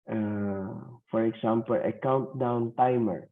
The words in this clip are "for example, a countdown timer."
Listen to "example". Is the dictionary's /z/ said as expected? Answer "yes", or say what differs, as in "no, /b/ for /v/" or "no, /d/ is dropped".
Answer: no, /s/ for /z/